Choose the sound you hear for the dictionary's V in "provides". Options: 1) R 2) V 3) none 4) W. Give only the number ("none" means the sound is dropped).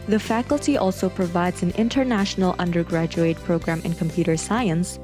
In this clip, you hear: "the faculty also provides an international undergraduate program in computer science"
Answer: 2